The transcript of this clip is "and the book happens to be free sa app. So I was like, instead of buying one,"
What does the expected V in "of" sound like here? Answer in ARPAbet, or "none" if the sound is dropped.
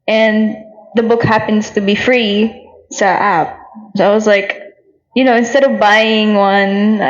V